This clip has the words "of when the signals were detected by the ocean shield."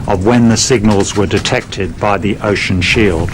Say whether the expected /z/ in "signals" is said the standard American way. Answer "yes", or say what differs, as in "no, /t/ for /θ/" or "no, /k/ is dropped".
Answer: yes